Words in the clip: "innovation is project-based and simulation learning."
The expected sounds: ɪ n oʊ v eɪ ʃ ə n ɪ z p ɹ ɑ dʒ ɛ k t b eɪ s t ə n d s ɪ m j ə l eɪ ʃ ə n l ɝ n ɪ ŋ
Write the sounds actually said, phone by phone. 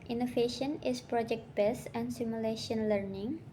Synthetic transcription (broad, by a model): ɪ n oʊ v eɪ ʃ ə n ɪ s p ɹ ɑ dʒ ɛ k t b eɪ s ə n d s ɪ m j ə l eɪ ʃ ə n l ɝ n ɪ ŋ